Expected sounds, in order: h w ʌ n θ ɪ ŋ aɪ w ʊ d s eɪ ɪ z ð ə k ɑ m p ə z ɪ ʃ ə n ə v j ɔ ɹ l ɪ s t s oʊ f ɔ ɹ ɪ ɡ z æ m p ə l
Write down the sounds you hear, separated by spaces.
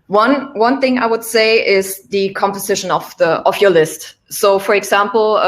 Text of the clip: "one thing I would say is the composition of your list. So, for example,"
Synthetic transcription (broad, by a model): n w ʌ n θ ɪ ŋ aɪ w ʊ d s eɪ ɪ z ð ə k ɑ m p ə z ɪ ʃ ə n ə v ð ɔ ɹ l ɪ s t s oʊ f ɔ ɹ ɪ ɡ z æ m p l